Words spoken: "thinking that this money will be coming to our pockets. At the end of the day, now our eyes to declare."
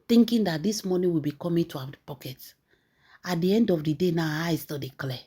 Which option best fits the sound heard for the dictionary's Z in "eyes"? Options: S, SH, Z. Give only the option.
S